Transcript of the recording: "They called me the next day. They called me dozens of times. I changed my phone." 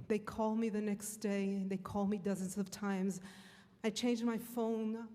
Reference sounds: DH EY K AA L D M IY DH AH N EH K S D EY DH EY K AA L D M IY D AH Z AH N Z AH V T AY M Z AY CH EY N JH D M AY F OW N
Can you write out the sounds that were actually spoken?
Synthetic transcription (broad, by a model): DH EY K AA L D M IY DH AH N EH K S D EY DH EY K AA L D M IY D AH Z AH N Z AH V T AY M Z AY CH EY N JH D M AY F OW N